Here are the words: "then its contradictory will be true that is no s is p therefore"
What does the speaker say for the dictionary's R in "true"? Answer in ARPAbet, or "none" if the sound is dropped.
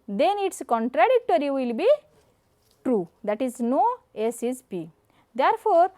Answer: R